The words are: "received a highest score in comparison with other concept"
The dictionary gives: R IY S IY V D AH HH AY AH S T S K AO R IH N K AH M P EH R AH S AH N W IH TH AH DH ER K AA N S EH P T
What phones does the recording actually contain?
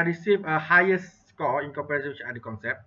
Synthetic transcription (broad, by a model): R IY S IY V AH HH AY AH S S K AO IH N K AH P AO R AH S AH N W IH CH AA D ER K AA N S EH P